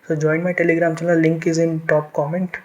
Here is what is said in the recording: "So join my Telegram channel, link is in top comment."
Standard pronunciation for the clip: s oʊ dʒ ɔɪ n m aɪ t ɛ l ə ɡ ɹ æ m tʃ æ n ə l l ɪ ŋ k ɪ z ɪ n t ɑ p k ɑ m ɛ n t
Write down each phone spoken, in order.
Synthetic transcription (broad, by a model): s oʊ dʒ ɔɪ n m aɪ t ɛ l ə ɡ ɹ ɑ m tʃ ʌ l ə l l ɪ ŋ k ɪ z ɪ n t ɑ p k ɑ m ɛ n t